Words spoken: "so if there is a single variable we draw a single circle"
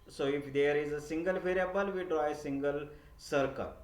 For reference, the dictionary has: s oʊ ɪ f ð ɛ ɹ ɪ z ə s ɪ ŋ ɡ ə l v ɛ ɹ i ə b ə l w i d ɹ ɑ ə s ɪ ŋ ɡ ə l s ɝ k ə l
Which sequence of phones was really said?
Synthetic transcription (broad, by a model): s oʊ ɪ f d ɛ ɹ ɪ z ə s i ŋ ɡ ə l f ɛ ɹ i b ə l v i d ɹ ɑ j s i ŋ ɡ ə l s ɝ k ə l